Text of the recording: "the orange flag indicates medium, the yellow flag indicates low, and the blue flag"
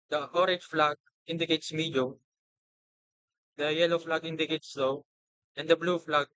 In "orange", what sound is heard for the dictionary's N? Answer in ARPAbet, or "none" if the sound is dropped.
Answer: none